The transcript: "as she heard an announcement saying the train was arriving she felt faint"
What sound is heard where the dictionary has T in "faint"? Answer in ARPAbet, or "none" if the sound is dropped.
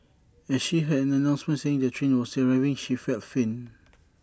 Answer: none